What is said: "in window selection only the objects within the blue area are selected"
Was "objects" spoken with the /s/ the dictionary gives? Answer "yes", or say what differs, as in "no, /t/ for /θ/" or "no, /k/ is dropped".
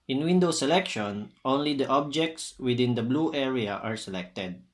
yes